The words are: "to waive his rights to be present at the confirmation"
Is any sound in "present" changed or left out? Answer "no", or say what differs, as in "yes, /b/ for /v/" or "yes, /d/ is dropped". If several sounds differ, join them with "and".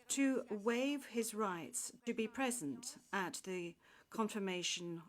no